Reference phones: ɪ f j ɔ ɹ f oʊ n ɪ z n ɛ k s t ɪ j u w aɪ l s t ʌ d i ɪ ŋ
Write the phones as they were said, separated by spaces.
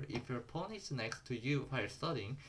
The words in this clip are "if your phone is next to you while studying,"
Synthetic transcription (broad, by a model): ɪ f j ɔ ɹ p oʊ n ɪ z n ɛ k s t ɪ j u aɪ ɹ s t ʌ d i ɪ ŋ